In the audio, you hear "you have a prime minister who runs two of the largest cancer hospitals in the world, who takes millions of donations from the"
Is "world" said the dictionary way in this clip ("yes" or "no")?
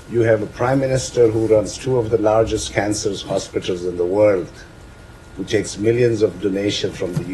yes